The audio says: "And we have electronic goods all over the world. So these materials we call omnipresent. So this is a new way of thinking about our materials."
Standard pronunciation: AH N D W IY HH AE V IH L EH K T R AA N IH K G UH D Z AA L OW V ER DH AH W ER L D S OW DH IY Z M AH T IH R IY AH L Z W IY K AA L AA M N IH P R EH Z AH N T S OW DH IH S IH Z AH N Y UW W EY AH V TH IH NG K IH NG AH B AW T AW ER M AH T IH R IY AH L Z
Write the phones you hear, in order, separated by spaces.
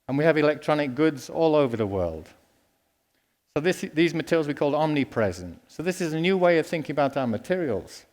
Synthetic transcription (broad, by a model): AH N W IY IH V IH L EH K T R AA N IH K G UH D Z AA L OW V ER DH AH W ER L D S OW DH IY Z M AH T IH R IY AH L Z W IY K AA L AA M N IH P R EH Z AH N T S OW DH IH S IH Z AH N Y UW W EY AH V TH IH NG K IH NG AH B AW T AW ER M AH T IH R IY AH L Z